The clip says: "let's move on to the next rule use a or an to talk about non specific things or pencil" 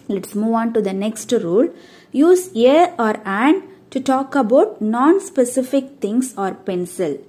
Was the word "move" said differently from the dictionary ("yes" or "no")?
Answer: no